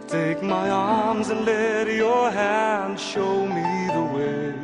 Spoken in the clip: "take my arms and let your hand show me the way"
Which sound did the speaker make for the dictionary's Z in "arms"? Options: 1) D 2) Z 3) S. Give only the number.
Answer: 2